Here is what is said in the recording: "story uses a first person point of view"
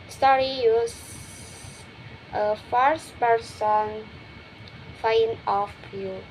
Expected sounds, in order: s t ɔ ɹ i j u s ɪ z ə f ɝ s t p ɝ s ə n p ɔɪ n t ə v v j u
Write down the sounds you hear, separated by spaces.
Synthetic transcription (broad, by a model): s t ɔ ɹ i j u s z ə f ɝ s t p ɝ s ə n f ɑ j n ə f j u